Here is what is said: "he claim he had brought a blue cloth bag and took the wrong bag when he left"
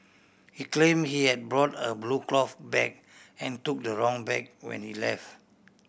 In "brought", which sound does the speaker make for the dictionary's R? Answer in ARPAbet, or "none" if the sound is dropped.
R